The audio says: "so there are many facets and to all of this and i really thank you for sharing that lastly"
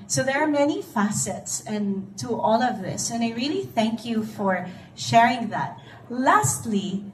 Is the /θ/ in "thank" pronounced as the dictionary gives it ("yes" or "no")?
yes